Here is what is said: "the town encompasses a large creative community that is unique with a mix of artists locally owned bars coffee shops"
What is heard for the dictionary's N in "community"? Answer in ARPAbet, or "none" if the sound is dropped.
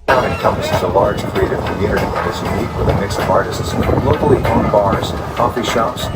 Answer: none